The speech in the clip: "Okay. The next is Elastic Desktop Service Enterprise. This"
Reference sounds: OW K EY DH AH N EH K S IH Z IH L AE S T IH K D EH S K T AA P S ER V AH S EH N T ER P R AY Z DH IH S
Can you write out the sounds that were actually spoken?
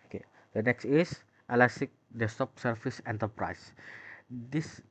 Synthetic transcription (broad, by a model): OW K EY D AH N EH K S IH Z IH L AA S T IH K D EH S T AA P S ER F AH S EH N T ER P R AY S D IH S